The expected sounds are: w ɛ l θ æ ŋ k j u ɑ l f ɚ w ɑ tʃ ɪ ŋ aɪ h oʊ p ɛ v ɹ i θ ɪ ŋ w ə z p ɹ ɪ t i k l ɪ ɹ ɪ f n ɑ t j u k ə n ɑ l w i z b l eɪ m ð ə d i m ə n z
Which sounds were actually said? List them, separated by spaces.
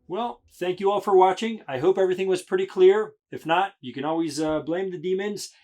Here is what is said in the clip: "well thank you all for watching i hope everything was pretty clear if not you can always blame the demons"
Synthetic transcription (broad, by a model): w ɛ l θ æ ŋ k j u ɑ l f ɚ w ɑ tʃ ɪ ŋ aɪ h oʊ p ɛ v ɹ i θ ɪ ŋ w ə z p ɹ ɪ t i k l ɪ ɹ ɪ f n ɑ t j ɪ k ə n ɑ l w i z b l eɪ m ð ə d i m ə n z